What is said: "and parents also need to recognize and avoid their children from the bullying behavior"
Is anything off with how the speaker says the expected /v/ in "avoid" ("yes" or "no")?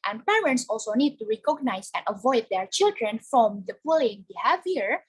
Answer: no